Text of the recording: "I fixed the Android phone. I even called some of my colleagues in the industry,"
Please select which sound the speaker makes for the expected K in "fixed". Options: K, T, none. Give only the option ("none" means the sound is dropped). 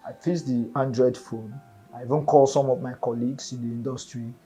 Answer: none